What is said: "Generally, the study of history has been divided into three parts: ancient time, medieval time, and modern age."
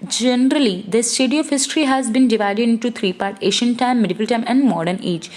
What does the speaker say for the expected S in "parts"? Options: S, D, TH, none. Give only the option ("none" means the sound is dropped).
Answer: none